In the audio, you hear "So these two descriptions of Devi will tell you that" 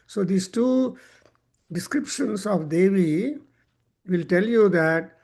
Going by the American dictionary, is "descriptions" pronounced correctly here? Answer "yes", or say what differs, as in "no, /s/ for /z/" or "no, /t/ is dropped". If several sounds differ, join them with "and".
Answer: no, /s/ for /z/